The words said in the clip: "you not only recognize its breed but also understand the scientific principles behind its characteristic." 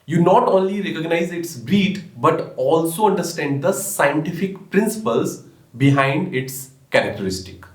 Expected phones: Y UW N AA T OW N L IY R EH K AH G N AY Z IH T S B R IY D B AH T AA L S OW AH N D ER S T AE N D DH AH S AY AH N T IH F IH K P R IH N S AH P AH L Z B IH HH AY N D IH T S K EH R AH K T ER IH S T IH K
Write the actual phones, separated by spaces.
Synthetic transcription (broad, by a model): Y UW N AA T OW N L IY R EH K AH G N AY Z IH T S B R IY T B AH T AA L S OW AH N D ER S T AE N D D AH S AY AH N T IH F IH K P R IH N S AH P AH L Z B IH HH AY N D IH T S K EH R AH K T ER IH S T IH K